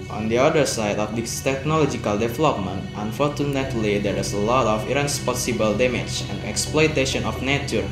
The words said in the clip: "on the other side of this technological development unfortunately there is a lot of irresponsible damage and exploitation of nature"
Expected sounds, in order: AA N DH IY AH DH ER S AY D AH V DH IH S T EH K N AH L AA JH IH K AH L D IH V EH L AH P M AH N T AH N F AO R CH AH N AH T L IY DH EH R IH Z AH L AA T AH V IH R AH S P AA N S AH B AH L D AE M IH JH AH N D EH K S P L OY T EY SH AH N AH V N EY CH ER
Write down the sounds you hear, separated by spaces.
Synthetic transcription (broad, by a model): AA N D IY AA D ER S AY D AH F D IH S T EH K N AH L AA JH IH K AH L D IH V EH L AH P M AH N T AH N F AO R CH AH N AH T L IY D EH R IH S AH L AA T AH F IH R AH S P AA S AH B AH L D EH M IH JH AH N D EH K S P L OY T EY SH AH N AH F N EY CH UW